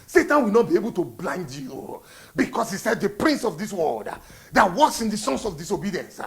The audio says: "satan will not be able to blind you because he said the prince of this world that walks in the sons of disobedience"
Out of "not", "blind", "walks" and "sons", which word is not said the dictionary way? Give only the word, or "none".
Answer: sons